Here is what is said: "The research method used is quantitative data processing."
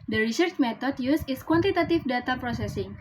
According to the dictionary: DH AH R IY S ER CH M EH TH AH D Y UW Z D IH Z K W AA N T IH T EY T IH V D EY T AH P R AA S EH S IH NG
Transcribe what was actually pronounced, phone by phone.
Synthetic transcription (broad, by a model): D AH R IY S ER CH M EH T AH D Y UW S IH S K W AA N T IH T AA T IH F D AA T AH P R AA S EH S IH NG